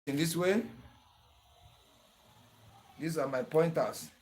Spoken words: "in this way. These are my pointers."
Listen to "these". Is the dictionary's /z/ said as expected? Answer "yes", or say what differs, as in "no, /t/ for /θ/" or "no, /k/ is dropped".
no, /s/ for /z/